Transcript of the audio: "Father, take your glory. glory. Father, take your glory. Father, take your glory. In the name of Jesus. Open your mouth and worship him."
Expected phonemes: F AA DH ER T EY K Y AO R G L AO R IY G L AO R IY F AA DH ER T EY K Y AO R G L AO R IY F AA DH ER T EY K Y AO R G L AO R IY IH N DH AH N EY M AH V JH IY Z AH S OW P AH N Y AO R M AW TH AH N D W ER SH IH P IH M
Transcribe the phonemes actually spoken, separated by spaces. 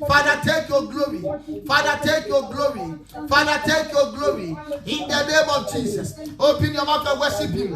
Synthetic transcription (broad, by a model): F AA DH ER T EY K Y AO G L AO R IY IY F AA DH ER T EY K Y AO G L AO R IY F AA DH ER T EY K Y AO G L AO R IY IH N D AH N EY M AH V JH IY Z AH S OW P AH N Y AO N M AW F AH W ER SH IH P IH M